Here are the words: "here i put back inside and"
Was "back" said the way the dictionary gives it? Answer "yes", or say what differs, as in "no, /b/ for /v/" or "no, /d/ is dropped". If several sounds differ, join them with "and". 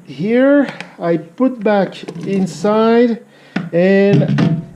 yes